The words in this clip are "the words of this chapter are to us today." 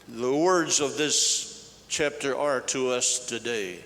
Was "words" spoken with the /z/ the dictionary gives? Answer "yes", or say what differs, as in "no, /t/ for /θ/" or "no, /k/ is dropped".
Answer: yes